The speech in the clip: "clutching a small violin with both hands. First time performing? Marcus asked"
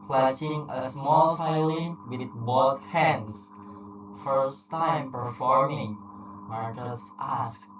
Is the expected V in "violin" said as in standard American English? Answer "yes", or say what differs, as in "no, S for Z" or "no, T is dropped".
no, F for V